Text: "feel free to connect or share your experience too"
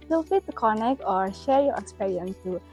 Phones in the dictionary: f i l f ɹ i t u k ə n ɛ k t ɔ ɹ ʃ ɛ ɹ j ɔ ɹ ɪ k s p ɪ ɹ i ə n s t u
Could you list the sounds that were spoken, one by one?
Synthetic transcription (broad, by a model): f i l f i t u k ə n ɛ k t ɔ ɹ ʃ ɛ ɹ j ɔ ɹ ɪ k s p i ɹ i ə n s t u